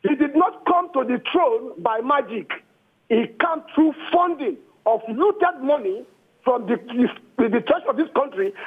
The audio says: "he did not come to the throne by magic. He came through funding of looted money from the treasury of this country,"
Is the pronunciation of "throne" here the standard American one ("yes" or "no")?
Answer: no